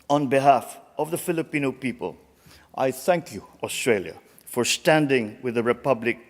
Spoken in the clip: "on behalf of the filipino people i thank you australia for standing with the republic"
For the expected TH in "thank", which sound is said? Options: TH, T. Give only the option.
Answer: TH